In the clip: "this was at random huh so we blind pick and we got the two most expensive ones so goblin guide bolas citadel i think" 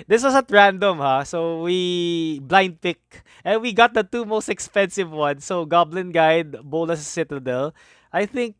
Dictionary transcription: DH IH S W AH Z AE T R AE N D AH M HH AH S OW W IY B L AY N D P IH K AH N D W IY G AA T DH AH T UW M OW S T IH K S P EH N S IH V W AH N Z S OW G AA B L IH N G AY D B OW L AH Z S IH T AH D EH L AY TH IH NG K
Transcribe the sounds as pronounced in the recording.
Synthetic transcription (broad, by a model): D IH S W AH S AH T R AE N D AH M HH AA S OW W IY B L AY N D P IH K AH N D W IY G AA T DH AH T UW M OW S T IH K S P EH N S IH V W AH N S OW G AA B L IH N G AY D B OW L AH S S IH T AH D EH L AY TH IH NG K